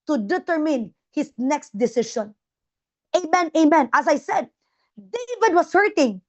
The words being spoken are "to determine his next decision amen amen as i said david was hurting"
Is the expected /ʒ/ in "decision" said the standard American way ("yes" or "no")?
no